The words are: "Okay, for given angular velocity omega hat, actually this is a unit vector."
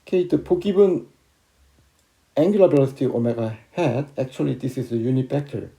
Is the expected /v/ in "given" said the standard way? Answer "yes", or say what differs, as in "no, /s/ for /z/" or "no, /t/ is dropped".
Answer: no, /b/ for /v/